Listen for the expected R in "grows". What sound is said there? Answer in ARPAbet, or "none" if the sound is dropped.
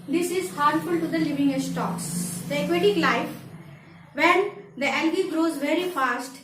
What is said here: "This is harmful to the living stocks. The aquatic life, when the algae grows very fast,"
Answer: R